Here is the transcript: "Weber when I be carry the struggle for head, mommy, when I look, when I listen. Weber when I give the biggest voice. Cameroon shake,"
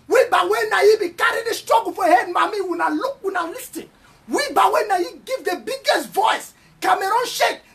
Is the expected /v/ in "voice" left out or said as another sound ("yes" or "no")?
no